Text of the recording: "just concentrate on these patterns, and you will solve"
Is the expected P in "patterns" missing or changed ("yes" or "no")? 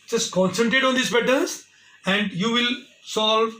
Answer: yes